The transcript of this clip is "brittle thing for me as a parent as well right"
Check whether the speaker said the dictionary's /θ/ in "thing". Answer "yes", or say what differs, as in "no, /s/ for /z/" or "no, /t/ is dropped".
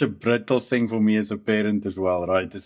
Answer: yes